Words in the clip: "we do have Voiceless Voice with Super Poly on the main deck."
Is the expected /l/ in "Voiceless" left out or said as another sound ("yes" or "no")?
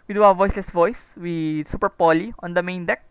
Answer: no